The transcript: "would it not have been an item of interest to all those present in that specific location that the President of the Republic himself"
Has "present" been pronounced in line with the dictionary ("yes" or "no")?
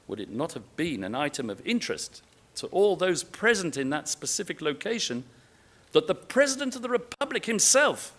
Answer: yes